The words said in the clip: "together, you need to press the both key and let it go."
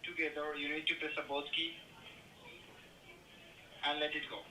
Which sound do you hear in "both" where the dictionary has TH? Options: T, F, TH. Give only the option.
T